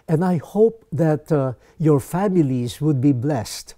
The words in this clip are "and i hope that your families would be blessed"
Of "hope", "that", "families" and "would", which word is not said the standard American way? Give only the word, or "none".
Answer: none